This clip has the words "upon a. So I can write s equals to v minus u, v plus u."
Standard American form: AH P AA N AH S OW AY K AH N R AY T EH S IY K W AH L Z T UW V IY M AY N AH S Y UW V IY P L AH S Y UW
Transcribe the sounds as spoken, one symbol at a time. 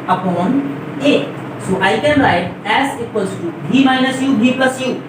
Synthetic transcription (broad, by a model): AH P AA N AH S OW AY K AH N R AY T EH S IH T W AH Z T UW B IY M AY N AH S Y UW B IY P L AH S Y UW